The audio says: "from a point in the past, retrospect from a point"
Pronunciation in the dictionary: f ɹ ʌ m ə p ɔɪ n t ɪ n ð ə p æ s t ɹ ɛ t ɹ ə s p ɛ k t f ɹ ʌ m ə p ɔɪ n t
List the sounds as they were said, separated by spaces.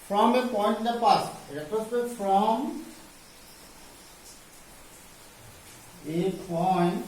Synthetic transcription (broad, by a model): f ɹ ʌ m ə p ɔɪ n t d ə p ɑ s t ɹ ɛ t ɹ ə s ɛ t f ɹ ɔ m ə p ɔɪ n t